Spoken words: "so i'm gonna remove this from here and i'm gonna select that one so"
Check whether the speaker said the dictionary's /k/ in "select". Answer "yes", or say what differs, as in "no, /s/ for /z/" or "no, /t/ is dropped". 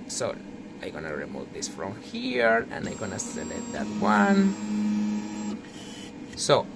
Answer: no, /k/ is dropped